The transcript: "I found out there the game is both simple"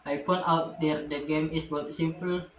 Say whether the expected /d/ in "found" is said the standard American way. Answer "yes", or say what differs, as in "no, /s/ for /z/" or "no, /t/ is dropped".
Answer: no, /d/ is dropped